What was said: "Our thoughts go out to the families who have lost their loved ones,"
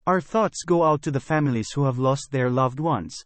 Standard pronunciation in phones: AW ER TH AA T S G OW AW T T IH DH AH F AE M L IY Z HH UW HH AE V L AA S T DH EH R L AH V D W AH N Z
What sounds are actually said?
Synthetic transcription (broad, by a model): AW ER TH AA T S G OW AW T T IH DH AH F AE M L IY Z HH UW HH AE V L AA S T DH EH R L AH V D W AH N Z